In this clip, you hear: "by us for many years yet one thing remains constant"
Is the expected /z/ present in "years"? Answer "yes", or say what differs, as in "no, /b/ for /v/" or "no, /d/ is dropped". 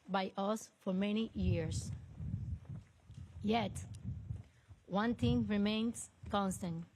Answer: no, /s/ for /z/